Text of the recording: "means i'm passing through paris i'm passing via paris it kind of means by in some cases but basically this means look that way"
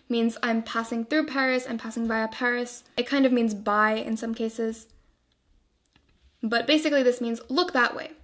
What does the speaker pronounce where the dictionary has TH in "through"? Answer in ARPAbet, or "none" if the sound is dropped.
TH